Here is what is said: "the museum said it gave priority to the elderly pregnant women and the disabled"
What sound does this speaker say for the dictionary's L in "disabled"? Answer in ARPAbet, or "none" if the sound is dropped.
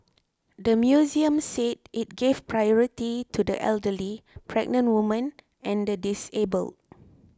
L